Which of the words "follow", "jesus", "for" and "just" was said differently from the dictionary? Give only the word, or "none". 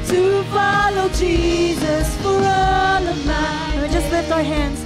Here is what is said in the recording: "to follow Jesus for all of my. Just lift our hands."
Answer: none